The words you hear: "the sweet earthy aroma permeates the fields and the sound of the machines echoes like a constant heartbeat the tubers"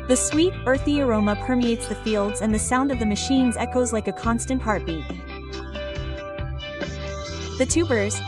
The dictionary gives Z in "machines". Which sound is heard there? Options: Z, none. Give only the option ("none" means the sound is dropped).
Z